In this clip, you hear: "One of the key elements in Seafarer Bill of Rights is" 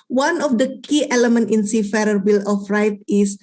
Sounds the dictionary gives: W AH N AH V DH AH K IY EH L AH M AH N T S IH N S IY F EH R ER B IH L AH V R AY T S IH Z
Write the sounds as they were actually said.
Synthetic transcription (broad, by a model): W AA N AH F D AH K IY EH L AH M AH N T IH N S IY F EH R ER B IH L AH F R AY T IH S